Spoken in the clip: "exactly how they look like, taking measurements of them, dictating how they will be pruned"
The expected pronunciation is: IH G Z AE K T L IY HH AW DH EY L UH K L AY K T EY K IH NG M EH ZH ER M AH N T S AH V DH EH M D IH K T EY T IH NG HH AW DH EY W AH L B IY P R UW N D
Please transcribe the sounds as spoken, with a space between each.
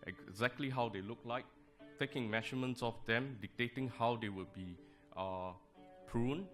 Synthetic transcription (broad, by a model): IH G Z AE K T L IY HH AW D EY L UH K L AY K T EY K IH NG M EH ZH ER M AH N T S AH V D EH M D IH K T EY T IH NG HH AW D EY W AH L B IY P R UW N